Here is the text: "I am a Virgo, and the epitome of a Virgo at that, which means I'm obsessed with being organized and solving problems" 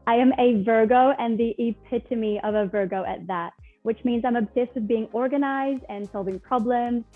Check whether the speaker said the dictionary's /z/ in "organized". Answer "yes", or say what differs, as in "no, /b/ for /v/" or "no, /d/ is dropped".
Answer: yes